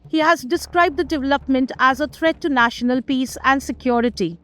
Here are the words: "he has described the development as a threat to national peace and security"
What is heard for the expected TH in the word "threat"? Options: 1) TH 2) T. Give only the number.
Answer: 2